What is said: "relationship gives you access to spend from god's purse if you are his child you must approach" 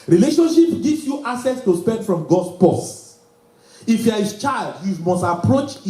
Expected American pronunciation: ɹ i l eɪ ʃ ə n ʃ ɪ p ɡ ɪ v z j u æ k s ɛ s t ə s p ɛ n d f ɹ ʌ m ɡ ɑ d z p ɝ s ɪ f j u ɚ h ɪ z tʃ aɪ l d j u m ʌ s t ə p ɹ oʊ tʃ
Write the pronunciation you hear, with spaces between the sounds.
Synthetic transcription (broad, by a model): ɹ i l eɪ ʃ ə n ʃ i p ɡ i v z j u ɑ s ɛ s t ə s p ɛ n d f ɹ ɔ m ɡ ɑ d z p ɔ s ɪ f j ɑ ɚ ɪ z tʃ aɪ l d j u m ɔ s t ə p ɹ oʊ tʃ